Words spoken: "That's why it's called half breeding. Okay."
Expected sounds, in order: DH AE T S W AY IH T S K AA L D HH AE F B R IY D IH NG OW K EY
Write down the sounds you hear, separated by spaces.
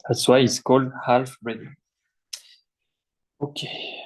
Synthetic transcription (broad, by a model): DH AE T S W AY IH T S K AA L D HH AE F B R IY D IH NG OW K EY